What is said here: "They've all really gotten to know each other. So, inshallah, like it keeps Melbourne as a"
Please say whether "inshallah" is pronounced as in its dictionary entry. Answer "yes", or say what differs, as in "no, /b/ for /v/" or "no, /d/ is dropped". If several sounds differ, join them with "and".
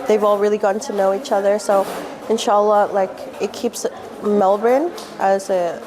yes